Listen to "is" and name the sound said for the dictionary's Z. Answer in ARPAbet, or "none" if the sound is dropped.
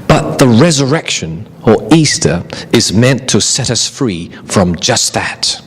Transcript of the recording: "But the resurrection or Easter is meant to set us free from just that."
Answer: Z